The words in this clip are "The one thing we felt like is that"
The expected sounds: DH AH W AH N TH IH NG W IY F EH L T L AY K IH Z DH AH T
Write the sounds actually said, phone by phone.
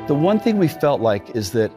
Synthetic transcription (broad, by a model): DH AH W AH N TH IH NG W IY F EH L T L AY K IH Z DH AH T